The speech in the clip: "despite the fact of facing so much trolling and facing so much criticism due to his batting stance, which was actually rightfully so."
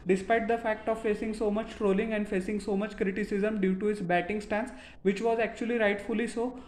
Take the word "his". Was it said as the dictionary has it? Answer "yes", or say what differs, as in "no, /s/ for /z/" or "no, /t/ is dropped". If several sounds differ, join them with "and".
no, /s/ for /z/